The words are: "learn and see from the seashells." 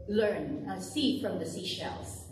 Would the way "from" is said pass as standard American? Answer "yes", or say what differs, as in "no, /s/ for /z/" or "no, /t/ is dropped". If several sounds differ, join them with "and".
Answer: yes